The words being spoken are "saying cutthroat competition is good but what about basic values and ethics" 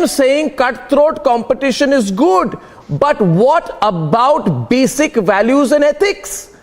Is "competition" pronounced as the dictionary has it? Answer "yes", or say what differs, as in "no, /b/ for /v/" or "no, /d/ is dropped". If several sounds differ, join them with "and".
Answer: yes